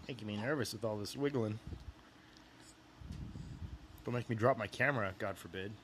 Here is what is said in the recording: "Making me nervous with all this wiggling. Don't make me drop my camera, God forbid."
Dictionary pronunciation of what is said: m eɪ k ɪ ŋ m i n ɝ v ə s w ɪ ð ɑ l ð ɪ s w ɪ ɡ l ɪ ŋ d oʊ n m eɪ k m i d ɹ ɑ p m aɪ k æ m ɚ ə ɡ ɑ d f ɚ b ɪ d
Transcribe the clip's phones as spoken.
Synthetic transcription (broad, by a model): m eɪ ɪ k m i n ɝ v ə s w ɪ ð ɑ l ð ɪ s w ɪ ɡ l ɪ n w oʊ l m eɪ k m i d ɹ ɑ p m aɪ k æ m ɚ ə ɡ ɑ d f ɚ b ɪ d